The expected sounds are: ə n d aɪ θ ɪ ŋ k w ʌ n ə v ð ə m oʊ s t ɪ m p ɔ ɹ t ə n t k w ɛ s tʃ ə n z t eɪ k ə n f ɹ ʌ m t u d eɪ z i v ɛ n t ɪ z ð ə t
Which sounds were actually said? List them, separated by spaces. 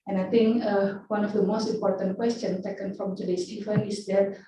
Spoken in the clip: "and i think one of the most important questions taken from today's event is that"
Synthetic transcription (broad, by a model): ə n aɪ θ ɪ ŋ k w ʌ n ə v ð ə m oʊ s t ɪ m p ɔ ɹ t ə n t k w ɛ s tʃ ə n t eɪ k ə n f ɹ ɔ m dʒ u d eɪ s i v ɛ n ɪ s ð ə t